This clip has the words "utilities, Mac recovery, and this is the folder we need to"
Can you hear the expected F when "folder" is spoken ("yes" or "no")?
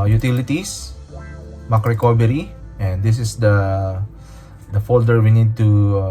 yes